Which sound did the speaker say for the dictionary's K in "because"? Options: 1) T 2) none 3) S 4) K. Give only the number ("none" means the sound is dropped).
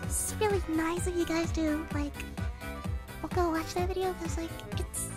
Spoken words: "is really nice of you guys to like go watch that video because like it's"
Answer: 2